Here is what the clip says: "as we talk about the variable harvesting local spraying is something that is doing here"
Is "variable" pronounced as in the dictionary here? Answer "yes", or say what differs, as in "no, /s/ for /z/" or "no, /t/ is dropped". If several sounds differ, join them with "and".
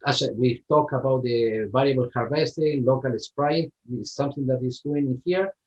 no, /l/ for /ɹ/